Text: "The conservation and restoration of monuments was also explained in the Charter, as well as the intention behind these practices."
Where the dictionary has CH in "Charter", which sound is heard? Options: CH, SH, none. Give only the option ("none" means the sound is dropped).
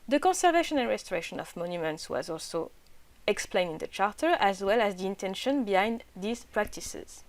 CH